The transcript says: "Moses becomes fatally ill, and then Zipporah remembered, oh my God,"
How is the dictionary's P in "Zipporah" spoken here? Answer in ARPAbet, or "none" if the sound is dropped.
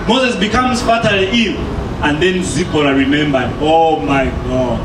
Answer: B